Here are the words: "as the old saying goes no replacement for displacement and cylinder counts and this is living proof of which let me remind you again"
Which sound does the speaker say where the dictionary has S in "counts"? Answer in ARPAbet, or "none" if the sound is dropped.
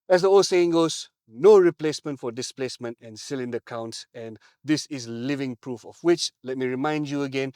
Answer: S